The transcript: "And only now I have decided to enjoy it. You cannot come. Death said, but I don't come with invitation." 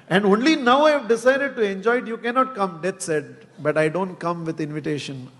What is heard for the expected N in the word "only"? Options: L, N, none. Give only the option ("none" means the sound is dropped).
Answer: N